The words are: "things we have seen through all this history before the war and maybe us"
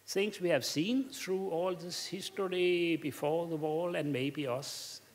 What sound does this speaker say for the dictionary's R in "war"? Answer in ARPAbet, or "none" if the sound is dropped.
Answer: L